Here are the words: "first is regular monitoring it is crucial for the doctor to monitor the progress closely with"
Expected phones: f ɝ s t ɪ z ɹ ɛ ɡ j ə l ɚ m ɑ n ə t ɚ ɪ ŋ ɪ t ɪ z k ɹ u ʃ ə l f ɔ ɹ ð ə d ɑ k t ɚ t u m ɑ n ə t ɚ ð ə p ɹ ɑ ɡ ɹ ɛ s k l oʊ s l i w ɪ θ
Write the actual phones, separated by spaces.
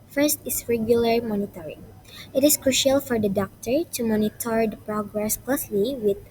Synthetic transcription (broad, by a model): f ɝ s t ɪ s ɹ ɛ ɡ j ə l ɚ m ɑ n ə t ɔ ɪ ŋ ɪ t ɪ s k ɹ u ʃ ə l f ɔ ɹ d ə d ɑ k t ɚ t u m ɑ n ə t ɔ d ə p ɹ ɑ ɡ ɹ ɛ s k l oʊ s l i w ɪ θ